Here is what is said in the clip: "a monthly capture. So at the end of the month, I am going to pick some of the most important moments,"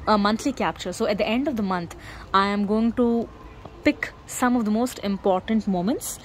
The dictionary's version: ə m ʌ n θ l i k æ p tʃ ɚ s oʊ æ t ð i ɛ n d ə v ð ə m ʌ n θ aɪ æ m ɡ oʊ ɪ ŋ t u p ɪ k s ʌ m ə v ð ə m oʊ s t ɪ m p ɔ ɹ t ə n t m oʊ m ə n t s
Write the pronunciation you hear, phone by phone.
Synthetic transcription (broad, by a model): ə m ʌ n t l i k æ p tʃ ɚ s oʊ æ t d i ɛ n d ə v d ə m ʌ n t aɪ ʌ m ɡ oʊ ɪ ŋ t u p ɪ k s ʌ m ə v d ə m oʊ s t ɪ m p ɔ ɹ t ə n t m oʊ m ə n t s